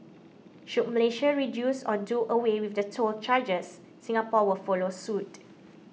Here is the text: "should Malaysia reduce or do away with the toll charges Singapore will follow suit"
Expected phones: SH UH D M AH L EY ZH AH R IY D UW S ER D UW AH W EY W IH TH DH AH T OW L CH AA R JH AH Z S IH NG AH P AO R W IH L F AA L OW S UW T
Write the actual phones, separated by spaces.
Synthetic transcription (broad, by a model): SH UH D M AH L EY SH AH R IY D UW S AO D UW AH W EY W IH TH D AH T OW L CH AA JH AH S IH NG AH P AO W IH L F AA L OW S UW T